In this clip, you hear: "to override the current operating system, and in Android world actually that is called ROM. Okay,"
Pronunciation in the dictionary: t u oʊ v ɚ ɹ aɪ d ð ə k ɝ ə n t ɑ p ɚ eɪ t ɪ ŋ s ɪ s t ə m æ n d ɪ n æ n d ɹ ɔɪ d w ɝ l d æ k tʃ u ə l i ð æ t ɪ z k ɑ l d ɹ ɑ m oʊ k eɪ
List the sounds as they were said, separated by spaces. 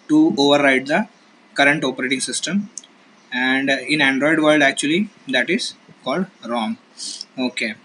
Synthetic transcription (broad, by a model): t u oʊ v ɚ ɹ aɪ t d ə k ɝ ə n t ɑ p ɚ eɪ t ɪ ŋ s ɪ s t ə m æ n d ɪ n æ n d ɹ ɔɪ d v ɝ l d æ k tʃ u ə l i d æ t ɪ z k ɑ l d ɹ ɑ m oʊ k eɪ